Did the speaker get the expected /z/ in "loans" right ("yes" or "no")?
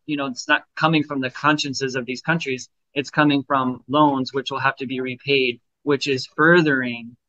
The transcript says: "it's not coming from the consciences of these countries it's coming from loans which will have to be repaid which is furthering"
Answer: yes